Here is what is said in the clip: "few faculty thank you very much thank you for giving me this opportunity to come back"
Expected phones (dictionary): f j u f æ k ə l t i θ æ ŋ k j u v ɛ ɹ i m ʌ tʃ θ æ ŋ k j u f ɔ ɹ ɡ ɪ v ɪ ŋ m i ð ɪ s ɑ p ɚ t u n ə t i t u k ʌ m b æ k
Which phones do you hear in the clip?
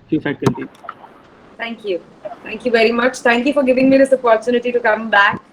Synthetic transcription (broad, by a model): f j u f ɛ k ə n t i t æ ŋ k j u v ɛ ɹ i m ʌ tʃ t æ ŋ k j u f ɔ ɹ ɡ ɪ v ɪ ŋ m i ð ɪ s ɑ p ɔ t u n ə t i t u k ʌ m b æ k